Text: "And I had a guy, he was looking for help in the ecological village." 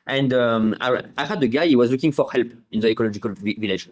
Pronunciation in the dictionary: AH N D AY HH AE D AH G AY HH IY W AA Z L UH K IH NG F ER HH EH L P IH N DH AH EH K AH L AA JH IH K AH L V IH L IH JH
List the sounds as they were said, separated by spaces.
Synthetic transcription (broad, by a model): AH N D AY HH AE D AH G AY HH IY W AA Z L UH K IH NG F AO HH EH L P IH N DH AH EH K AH L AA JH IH K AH L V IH L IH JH